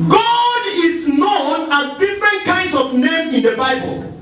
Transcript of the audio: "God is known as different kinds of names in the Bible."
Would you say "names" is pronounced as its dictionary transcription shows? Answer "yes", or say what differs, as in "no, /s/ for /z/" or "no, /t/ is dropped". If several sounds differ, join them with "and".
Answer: no, /z/ is dropped